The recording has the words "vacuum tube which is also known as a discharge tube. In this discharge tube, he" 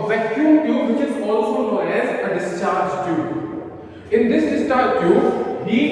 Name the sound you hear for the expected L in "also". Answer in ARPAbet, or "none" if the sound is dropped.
L